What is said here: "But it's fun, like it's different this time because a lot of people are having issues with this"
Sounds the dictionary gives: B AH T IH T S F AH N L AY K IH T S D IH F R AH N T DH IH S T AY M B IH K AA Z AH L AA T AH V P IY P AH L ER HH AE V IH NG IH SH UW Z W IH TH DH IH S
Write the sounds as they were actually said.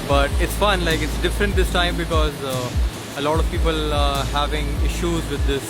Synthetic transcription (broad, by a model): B AH T IH T S F AH N L AY K IH T S D IH F R AH N T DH IH S T AY M B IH K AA Z AH L AA T AH V P IY P AH L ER HH AE V IH NG IH SH UW Z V IH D IH S